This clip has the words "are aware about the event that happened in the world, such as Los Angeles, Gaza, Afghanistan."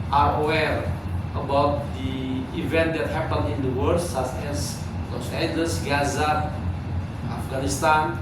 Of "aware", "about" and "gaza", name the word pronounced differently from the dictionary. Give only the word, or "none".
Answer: none